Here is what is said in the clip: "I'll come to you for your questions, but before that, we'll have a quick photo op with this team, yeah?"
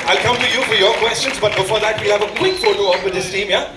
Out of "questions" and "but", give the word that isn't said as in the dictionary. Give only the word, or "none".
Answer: none